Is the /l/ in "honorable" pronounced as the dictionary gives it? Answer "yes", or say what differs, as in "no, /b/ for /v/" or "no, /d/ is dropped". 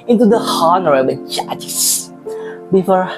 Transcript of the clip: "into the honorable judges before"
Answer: no, /n/ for /l/